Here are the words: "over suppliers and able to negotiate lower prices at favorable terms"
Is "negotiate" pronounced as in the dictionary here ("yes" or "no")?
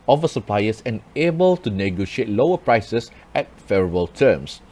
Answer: yes